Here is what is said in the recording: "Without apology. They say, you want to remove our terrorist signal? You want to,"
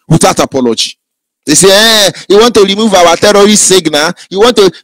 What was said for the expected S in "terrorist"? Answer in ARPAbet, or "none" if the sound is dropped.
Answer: none